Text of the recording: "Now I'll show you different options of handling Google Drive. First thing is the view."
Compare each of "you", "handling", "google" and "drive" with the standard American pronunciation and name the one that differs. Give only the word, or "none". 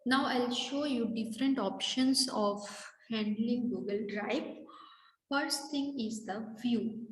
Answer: drive